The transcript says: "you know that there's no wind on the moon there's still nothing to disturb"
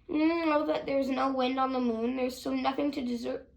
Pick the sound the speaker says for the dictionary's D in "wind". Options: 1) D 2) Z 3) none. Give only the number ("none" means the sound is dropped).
1